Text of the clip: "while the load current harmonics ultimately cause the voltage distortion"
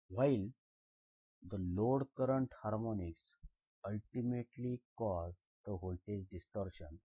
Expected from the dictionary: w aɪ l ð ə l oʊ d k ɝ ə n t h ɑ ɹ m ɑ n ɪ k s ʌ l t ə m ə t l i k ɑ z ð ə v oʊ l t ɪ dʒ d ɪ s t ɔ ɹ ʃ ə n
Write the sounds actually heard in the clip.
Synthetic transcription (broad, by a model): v aɪ l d ə l oʊ d k ɝ ə n t h ɑ ɹ m ɑ n ɪ k s ʌ l t ə m ə t l i k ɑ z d ə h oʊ l t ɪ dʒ d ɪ s t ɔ ɹ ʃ ə n